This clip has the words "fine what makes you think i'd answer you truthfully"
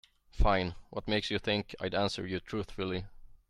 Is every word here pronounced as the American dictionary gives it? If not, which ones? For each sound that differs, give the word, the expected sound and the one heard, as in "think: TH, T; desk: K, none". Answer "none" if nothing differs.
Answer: none